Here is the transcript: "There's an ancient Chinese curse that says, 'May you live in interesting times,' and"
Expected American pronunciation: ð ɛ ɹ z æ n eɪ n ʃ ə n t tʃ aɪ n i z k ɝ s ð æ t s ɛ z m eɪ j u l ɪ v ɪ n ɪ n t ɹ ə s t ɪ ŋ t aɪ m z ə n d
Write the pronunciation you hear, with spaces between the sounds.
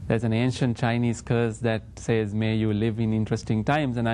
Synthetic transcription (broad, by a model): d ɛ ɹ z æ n eɪ n ʃ ə n t tʃ aɪ n i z k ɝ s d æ t s ɛ z m eɪ j u l ɪ v ɪ n ɪ n t ɹ ə s t ɪ ŋ t aɪ m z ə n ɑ